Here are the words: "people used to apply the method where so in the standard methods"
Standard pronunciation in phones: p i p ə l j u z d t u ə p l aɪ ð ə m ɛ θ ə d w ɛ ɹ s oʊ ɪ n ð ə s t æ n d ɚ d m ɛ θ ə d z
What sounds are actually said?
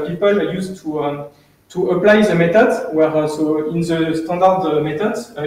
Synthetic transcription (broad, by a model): p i p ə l j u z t t u ə p l aɪ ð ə m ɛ t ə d w ɛ ɹ s oʊ ɪ n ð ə s t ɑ d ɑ d m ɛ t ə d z